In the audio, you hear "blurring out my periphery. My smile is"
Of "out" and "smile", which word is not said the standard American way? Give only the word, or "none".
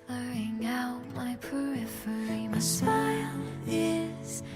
smile